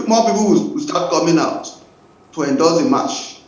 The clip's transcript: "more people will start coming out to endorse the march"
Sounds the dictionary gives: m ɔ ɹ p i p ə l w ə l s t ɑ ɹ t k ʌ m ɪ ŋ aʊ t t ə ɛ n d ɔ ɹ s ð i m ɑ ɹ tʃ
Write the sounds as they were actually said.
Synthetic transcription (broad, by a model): m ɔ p i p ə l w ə w s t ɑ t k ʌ m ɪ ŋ aʊ t t ə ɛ n d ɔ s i m ɑ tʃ